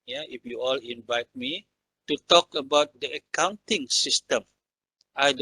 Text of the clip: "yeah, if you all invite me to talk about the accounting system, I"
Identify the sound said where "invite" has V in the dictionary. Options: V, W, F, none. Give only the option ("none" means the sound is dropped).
V